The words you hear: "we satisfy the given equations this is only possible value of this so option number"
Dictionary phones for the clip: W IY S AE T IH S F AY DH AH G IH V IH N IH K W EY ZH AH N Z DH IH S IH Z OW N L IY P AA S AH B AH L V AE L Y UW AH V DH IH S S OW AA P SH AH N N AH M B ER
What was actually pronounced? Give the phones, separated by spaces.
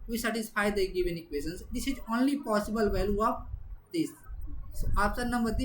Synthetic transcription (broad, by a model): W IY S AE T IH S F AY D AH G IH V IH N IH K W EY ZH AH N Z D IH S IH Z OW N L IY P AA S AH B AH L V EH L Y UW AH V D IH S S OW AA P S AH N N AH M B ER